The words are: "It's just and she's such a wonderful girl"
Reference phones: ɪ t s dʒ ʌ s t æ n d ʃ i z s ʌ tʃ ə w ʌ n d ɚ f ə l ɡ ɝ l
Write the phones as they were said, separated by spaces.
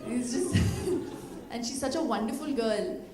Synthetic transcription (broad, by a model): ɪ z dʒ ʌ s t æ n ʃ i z s ʌ tʃ ə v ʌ n d ɚ f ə l ɡ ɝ l